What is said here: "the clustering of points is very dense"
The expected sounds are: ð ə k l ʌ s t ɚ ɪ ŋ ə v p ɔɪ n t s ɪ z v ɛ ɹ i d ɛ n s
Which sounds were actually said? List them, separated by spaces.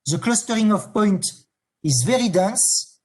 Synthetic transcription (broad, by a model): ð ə k l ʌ s t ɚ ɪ ŋ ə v p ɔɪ n t ɪ z v ɛ ɹ i d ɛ n s